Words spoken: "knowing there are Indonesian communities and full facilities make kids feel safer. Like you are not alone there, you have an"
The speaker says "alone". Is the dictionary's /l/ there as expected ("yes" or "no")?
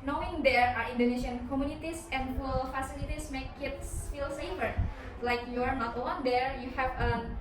no